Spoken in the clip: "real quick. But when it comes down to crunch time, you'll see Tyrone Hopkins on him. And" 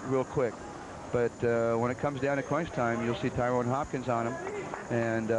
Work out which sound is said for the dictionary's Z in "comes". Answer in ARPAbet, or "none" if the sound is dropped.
Z